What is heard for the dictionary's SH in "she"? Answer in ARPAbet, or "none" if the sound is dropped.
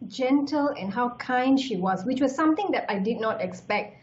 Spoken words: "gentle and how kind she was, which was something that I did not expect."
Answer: SH